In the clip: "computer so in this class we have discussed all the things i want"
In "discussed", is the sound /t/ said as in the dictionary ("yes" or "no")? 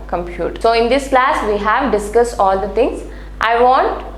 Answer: yes